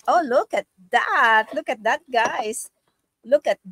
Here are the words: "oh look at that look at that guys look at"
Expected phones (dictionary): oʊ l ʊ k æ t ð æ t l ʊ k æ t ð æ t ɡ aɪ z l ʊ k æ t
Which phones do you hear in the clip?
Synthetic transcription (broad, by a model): oʊ l ʊ k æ t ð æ t l ʊ k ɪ t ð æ t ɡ aɪ s l ʊ k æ t